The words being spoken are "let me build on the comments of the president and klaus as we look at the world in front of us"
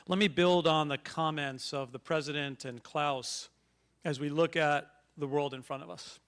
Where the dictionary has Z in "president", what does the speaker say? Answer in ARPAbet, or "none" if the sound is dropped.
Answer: Z